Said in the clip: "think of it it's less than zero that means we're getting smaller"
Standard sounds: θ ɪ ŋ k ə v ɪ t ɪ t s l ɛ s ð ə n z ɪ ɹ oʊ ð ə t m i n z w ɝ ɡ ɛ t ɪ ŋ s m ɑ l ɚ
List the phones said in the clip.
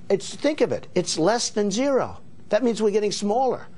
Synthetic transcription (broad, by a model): θ ɪ ŋ k ə v ɪ t ɪ t s l ɛ s ð ə n z ɪ ɹ oʊ ð ə t m i n z w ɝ ɡ ɛ t ɪ ŋ s m ɑ l ɚ